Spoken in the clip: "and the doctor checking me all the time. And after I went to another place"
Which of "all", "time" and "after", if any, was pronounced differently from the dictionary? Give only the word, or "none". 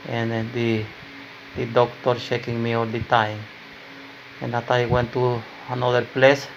after